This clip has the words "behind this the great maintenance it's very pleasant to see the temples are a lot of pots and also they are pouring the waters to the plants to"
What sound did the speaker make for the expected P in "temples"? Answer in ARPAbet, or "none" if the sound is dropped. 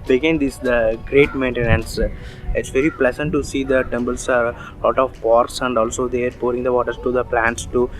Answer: B